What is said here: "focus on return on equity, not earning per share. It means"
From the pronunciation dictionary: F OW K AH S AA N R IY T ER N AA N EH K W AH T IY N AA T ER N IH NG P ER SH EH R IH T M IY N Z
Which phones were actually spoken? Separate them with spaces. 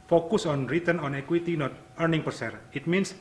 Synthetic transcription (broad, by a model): F OW K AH S AA N R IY T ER N AA N EH K W AH T IY N AA T ER N IH NG P ER S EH R IH T M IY N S